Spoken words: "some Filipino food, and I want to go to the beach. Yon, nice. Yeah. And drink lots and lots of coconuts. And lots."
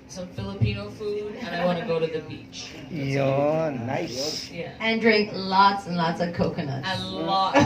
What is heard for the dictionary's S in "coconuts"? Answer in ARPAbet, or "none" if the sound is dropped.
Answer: none